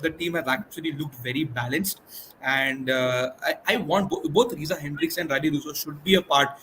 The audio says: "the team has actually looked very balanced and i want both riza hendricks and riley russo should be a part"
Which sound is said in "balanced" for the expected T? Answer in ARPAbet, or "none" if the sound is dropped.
T